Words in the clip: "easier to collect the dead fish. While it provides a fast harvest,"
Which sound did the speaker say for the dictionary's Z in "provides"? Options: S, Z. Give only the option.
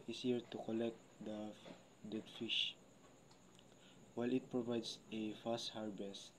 S